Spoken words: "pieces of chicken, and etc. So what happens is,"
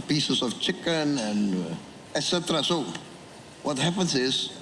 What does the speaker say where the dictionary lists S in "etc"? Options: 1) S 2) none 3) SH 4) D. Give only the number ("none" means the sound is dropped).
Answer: 1